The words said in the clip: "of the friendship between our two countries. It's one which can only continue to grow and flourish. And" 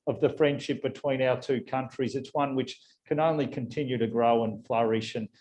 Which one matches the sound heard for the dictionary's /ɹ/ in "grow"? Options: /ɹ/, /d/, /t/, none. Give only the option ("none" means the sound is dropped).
/ɹ/